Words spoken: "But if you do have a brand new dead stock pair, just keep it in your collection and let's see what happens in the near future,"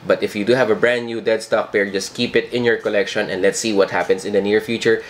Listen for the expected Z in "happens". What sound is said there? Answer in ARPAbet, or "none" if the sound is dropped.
S